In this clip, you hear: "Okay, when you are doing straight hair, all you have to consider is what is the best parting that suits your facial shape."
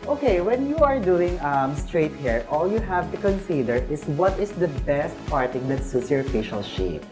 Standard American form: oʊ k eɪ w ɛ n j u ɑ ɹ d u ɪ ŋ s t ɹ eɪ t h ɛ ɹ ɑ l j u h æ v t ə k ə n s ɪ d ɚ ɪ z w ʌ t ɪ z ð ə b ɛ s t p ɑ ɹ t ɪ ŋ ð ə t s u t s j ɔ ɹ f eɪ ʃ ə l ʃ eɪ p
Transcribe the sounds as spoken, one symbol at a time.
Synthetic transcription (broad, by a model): oʊ k eɪ w ɛ n j u ɑ ɹ d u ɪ ŋ s t ɹ eɪ t h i ɹ ɑ l j u h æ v t ə k ə n s ɪ d ɚ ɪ s w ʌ t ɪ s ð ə b ɛ s t p ɑ ɹ t ɪ ŋ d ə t s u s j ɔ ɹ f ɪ ʃ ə l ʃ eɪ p